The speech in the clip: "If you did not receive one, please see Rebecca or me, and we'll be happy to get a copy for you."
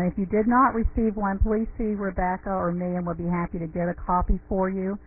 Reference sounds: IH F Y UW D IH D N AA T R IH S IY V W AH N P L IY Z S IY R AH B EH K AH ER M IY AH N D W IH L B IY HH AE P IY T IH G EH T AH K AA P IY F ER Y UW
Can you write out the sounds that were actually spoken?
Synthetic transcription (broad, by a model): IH F Y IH D IH D N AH T R IH S IY V W AH N P L IY Z S IY R AH B EH K AH ER M IY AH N W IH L B IY HH AE P IY T IH G EH T AH K AA P IY F ER Y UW